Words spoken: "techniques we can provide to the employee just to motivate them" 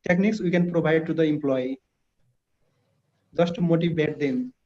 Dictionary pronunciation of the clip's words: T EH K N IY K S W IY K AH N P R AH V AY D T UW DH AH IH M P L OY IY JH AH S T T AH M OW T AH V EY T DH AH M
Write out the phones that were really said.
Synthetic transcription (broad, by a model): T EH K N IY K S W IY K AH N P R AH B AY D T UW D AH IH M P L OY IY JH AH S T T M OW T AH B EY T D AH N